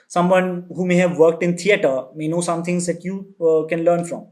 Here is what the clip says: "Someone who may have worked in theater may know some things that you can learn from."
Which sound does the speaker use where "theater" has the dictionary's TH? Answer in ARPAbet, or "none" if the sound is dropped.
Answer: T